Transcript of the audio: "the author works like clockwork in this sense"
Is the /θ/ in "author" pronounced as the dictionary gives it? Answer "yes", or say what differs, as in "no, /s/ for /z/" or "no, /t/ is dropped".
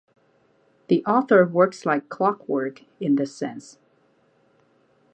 yes